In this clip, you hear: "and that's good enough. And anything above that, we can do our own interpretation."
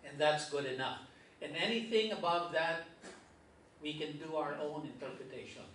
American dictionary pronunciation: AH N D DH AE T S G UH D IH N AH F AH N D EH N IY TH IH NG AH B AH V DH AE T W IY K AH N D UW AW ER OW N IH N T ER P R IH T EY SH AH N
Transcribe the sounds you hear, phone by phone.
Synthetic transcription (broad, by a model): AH N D DH AE T S G UH D IH N AH F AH N EH N IY TH IH NG AH B AH V DH AE T W IY K AH N D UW AW ER OW N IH N T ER P R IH T EY SH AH N